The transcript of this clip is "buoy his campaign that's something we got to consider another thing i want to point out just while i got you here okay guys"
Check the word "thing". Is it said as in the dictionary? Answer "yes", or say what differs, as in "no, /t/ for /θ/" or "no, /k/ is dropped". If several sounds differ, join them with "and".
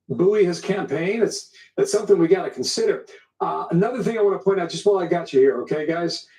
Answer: yes